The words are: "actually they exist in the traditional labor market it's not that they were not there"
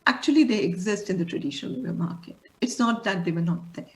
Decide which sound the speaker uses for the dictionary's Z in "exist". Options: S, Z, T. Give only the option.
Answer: Z